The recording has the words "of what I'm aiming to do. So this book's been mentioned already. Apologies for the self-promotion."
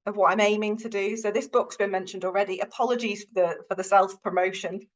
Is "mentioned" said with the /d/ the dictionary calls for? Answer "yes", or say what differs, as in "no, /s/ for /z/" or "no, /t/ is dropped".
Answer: yes